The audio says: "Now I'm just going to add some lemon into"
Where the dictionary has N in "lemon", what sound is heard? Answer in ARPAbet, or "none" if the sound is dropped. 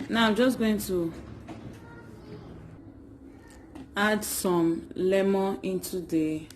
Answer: none